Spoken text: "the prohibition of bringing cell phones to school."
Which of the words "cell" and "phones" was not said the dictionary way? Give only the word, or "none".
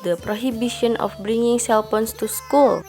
phones